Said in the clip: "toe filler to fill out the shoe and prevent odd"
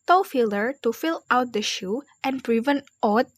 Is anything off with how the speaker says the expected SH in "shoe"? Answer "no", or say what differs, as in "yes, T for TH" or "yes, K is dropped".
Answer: no